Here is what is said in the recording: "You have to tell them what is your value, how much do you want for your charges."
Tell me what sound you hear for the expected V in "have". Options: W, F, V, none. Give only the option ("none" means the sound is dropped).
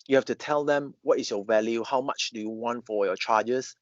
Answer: F